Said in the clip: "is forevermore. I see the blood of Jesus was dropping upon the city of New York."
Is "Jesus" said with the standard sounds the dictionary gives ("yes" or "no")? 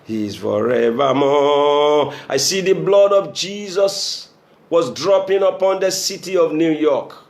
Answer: yes